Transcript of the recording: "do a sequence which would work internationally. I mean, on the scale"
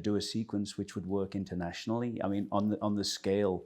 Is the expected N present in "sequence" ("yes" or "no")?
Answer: yes